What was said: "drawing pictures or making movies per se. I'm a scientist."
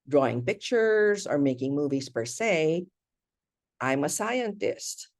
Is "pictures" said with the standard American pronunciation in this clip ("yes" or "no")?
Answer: yes